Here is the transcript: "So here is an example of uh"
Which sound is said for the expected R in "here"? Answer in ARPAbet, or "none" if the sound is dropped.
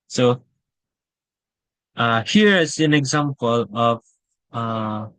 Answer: R